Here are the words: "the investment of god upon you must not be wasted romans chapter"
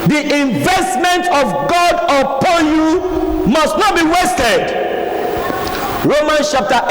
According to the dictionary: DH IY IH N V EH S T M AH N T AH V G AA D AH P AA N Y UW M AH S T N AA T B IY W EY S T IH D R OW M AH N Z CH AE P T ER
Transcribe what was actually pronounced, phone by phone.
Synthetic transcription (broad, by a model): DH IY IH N V EH S T M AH N T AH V G AA D AH P AA N Y UW M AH S T N AA T B IY W EY S T IH D R OW M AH N S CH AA P T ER